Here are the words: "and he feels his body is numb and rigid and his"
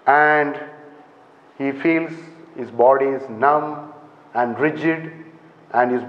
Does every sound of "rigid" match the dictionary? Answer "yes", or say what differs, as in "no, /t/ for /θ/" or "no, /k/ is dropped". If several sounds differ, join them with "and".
yes